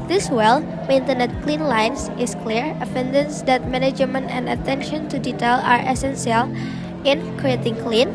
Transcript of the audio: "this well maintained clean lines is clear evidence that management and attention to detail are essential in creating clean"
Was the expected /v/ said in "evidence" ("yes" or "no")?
no